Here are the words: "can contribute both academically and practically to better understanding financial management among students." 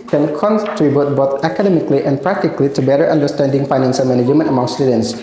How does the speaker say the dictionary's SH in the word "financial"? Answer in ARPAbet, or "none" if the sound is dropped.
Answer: S